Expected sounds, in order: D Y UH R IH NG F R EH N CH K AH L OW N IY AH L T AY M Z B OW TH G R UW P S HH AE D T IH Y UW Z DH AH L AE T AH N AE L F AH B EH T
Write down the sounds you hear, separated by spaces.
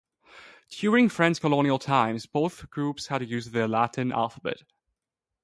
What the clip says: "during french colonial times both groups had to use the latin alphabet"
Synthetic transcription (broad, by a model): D Y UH R IH NG F R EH N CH K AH L OW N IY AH L T AY M Z B OW TH G R UW P S HH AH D T IH Y UW Z DH AH L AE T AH N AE L F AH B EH T